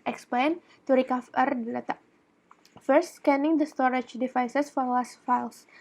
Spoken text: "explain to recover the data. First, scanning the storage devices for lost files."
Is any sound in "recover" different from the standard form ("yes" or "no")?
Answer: yes